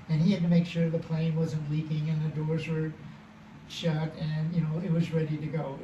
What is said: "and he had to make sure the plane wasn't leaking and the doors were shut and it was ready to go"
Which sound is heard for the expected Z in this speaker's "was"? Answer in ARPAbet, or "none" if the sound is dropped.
Z